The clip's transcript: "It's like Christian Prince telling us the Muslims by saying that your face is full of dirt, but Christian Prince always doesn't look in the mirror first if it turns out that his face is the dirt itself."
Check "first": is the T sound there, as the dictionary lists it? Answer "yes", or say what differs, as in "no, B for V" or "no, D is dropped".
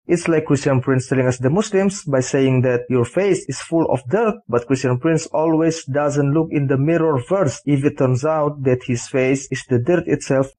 no, T is dropped